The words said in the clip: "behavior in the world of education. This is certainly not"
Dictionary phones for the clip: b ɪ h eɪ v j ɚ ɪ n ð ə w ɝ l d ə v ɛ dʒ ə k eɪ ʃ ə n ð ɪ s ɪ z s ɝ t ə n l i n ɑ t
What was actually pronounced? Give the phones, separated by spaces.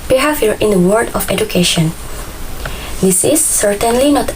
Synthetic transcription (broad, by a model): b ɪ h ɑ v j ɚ ɪ n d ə w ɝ d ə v ɛ dʒ ə k eɪ ʃ ə n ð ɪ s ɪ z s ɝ t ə n l i n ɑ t